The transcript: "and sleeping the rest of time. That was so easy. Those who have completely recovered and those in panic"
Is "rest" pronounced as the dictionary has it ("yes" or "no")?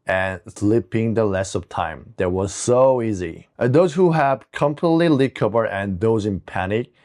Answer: no